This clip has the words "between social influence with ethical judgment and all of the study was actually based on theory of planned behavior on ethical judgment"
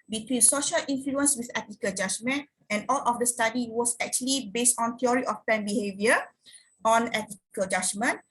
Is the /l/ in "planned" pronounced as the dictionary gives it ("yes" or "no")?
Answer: no